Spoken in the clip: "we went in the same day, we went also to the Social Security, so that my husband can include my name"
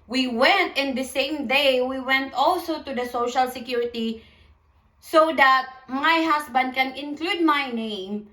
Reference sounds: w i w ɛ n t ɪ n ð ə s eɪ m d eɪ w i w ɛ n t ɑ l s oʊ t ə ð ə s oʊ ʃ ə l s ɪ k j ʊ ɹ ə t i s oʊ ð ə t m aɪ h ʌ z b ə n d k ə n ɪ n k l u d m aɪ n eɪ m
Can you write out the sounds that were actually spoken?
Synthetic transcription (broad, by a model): w i w ɛ n t ɪ n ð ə s eɪ m d eɪ w i w ɛ n t ɑ l s oʊ t ə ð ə s oʊ ʃ ə l s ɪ k j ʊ ɹ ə t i s oʊ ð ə t m aɪ h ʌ s b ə n d k ə n ɪ n k l u d m aɪ n eɪ m